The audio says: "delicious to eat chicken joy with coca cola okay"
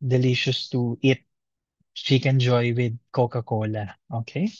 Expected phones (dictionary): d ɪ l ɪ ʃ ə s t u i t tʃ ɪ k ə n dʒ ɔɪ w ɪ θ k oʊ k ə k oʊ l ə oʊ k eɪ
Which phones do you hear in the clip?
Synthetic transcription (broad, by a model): d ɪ l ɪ ʃ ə s t u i t ʃ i k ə n dʒ ɔɪ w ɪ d k oʊ k ə k oʊ l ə oʊ k eɪ